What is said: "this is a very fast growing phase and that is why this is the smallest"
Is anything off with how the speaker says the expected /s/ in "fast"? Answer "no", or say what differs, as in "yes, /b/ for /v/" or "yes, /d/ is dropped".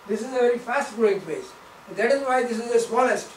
no